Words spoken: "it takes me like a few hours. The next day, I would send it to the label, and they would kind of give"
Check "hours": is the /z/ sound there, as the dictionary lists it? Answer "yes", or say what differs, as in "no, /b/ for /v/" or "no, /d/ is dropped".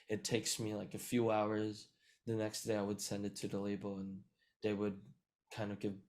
yes